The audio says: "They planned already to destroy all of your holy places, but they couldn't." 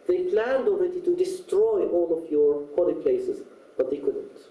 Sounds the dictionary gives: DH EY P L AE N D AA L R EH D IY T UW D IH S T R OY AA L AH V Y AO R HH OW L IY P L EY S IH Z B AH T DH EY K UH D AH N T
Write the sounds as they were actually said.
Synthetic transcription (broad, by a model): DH EY P L AE N D AA L R EH D IY T UW D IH S T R OY AA L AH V Y AO R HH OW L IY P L EY S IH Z B AH T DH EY K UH D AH N T